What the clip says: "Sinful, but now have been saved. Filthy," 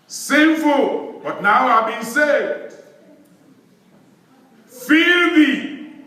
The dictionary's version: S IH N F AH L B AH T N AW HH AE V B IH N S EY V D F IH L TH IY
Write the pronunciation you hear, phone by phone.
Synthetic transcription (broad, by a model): S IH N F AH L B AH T N AW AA B IH N S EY D F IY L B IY